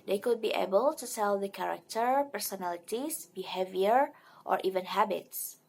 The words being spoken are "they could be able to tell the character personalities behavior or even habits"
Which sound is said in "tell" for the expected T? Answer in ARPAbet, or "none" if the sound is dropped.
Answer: S